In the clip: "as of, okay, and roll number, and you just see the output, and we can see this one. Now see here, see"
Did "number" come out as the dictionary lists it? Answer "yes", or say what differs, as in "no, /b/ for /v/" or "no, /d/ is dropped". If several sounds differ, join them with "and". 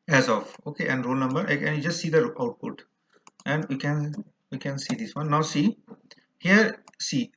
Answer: yes